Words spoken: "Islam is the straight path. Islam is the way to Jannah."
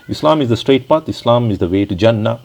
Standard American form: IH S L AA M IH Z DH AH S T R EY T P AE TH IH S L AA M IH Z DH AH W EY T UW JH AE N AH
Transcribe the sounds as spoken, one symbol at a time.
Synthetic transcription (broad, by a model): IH S L AA M IH Z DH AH S T R EY T P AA T IH S L AA M IH Z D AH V EY T UW JH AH N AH